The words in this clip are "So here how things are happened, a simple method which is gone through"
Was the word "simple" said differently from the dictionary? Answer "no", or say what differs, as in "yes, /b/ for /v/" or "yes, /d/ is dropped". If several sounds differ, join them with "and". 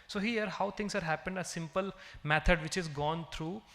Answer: no